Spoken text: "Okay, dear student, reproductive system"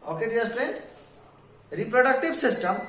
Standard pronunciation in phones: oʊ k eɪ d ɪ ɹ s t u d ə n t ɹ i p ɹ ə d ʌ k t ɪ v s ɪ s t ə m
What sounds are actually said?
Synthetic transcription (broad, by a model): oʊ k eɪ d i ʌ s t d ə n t ɹ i p ɹ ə d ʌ k t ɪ b s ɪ s t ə m